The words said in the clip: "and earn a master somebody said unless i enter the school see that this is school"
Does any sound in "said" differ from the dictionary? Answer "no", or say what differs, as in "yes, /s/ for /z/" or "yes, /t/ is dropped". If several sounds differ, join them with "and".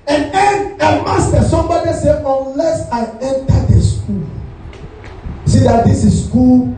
yes, /d/ is dropped